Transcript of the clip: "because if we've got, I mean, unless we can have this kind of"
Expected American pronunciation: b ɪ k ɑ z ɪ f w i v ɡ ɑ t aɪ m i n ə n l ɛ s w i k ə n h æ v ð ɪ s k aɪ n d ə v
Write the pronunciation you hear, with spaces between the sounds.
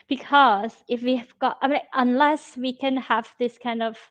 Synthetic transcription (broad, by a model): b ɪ k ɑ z ɪ f w i v ɡ ɑ t aɪ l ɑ ə n l ɛ s w i k ə n h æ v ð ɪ s k aɪ n d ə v